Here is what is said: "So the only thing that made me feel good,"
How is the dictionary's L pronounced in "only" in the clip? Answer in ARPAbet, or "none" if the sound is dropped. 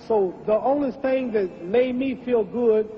none